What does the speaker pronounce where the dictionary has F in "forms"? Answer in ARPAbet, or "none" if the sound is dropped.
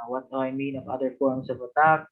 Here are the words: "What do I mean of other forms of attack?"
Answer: P